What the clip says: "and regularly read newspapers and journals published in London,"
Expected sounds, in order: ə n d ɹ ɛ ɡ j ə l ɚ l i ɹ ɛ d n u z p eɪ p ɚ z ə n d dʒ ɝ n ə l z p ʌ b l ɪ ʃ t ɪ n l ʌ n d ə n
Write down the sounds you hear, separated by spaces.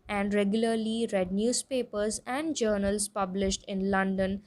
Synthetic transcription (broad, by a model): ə n d ɹ ɛ ɡ j ə l ɚ l i ɹ ɛ d n u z p eɪ p ɚ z ə n d dʒ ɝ n ə l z p ʌ b l ɪ ʃ t ɪ n l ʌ n d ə n